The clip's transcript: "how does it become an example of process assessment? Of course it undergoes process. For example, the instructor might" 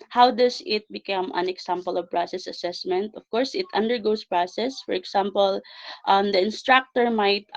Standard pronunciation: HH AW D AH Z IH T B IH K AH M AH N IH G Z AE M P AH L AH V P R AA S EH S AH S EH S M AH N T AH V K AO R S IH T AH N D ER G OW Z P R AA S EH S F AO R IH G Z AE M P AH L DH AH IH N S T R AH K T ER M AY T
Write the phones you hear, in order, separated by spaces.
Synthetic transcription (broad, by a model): HH AW D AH S IH T B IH K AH M AH N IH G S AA M P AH L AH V P R AA S EH S AH S EH S M AH N T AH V K AO R S IH T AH N D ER G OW S P R AA S EH S F AO R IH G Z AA M P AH L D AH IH N S T R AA K T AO M AY T